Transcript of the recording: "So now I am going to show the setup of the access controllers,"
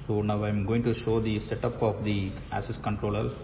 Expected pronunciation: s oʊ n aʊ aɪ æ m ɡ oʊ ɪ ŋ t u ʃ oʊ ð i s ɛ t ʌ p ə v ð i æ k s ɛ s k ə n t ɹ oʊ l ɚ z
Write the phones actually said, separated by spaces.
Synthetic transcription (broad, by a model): s oʊ n aʊ aɪ m ɡ oʊ ɪ ŋ t u ʃ oʊ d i s ɛ t ʌ p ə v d i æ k s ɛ s k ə n t ɹ oʊ l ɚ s